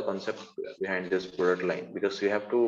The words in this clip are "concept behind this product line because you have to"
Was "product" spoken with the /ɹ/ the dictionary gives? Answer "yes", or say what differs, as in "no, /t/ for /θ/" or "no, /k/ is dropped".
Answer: no, /ɹ/ is dropped